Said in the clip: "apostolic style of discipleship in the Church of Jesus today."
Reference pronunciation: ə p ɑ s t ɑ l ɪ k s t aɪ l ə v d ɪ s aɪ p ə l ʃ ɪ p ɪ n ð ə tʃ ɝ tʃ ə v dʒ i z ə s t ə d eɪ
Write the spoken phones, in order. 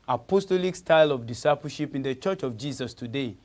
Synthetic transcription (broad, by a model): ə p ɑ s t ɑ l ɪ k s t aɪ l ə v d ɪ s aɪ p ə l ʃ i p ɪ n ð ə tʃ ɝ tʃ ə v dʒ i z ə s t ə d eɪ